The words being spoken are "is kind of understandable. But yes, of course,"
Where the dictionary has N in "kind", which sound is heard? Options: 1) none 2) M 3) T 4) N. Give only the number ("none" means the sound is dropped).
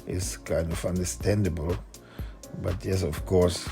4